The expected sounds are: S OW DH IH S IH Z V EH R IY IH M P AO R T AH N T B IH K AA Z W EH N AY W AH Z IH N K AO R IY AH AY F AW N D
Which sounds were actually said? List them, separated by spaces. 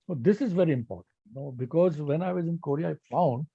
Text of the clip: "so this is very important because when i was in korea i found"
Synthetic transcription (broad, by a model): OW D IH S IH Z V EH R IY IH M P AO R T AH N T B IH K AA Z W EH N AY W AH Z IH N K AO R IY AH AY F AW N D